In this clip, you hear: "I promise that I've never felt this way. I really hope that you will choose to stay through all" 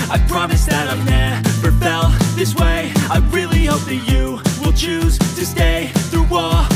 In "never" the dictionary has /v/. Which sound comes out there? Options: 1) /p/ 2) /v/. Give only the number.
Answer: 1